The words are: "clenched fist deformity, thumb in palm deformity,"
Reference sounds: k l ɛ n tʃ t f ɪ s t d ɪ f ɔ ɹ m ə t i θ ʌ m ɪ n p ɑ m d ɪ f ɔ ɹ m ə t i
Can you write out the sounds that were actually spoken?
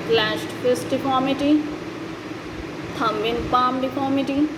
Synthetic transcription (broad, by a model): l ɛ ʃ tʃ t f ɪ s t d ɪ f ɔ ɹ m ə t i t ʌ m ɪ n p ɑ m d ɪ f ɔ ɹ m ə t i